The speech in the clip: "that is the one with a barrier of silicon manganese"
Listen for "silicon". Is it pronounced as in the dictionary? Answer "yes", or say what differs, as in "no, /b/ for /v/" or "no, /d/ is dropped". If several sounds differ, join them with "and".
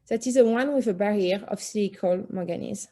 no, /l/ is dropped and /l/ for /n/